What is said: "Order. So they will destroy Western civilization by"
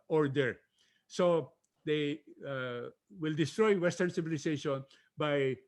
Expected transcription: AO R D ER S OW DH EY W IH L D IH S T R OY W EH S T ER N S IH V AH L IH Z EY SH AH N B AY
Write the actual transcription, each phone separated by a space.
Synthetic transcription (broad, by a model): AO R D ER S OW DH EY W IH L D IH S T R OY W EH S T ER N S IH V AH L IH S EY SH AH N B AY